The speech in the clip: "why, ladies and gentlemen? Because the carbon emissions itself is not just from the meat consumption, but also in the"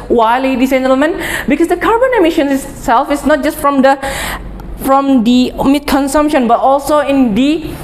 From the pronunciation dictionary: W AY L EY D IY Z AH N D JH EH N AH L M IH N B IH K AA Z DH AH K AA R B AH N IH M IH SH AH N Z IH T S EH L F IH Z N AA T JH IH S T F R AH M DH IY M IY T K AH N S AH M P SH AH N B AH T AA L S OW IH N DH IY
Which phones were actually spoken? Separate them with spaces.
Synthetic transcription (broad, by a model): W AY L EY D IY S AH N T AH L M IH N B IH K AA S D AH K AA R B AH N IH M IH SH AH N IH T S EH L F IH S N AA T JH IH S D F R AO M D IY M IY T K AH N S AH M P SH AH N B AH T AA L S OW IH N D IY